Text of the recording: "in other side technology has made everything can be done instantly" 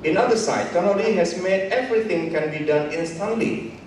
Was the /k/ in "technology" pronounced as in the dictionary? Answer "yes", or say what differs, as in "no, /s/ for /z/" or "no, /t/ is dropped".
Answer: no, /k/ is dropped